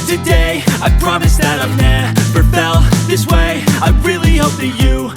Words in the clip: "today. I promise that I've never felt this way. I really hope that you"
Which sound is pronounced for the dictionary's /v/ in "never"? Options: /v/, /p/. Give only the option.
/p/